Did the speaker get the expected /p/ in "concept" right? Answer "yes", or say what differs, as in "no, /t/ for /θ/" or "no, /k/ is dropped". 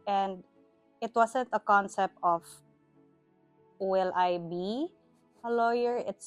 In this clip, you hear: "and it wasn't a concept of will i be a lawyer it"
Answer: yes